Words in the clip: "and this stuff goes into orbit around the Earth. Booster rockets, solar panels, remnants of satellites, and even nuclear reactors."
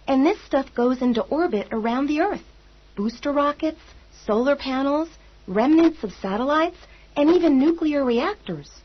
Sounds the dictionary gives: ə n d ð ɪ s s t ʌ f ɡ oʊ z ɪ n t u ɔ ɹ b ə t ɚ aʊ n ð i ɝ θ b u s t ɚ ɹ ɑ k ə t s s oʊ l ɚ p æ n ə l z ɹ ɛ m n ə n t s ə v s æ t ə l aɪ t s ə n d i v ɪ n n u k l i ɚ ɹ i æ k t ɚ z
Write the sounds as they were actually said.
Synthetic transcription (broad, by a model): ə n ð ɪ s s t ʌ f ɡ oʊ z ɪ n t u ɔ ɹ b ə t ɚ aʊ n ð i ɝ θ b u s t ɚ ɹ ɑ k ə t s s oʊ l ɚ p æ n l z ɹ ɛ m n ə n t s ə v s æ t ə l aɪ t s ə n i v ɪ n n u k l i ɚ ɹ i æ k t ɚ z